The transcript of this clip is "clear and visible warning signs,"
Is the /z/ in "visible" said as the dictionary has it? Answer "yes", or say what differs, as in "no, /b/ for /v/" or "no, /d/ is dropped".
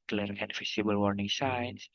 no, /s/ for /z/